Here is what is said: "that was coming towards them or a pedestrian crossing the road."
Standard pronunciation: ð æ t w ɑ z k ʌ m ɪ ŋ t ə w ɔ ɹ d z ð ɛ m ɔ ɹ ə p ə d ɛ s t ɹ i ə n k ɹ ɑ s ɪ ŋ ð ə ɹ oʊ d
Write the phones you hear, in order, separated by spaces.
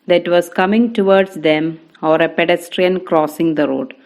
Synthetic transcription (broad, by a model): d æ t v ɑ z k ʌ m ɪ ŋ t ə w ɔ ɹ d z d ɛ m ɔ ɹ ə p ə d ɛ s t ɹ i ə n k ɹ ɑ s ɪ ŋ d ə ɹ oʊ d